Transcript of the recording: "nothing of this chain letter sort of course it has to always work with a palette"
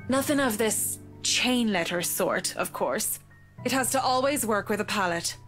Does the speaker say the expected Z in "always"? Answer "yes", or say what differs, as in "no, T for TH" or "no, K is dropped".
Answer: yes